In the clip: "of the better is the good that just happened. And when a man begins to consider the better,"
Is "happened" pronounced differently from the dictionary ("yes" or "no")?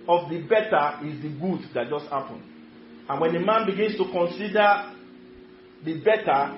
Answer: yes